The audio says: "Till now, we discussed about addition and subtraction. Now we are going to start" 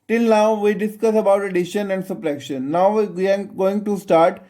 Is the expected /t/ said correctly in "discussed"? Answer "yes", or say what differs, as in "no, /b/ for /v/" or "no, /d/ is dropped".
no, /t/ is dropped